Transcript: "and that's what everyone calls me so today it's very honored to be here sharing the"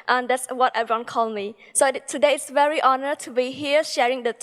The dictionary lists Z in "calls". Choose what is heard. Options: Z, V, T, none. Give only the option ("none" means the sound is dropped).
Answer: none